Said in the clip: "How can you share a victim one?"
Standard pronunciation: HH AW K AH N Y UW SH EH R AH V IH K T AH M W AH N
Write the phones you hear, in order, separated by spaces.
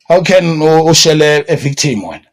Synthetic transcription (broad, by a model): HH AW K AH N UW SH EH L AH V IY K T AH M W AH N